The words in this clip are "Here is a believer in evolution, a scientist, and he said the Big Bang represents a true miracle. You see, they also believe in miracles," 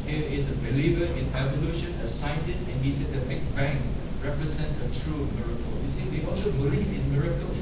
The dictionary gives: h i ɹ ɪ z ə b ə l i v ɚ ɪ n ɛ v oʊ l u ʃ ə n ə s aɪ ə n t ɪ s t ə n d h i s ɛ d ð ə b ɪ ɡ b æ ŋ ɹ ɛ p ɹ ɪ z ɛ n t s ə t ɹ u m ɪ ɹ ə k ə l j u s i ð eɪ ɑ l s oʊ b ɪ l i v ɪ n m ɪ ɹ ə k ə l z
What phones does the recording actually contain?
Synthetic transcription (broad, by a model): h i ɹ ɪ s ə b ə l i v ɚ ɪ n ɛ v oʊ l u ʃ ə n ə s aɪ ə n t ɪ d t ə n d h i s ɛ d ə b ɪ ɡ b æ ŋ ɹ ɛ p ɹ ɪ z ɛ n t ə t ɹ u m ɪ ɹ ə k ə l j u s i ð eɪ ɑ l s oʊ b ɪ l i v ɪ n m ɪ ɹ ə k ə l